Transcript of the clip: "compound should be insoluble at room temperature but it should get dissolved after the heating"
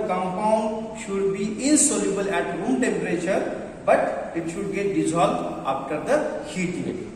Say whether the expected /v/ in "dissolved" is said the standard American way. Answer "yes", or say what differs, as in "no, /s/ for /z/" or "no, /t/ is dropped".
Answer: no, /v/ is dropped